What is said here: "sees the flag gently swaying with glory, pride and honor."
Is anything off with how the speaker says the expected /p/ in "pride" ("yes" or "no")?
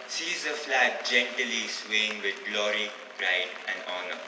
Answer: yes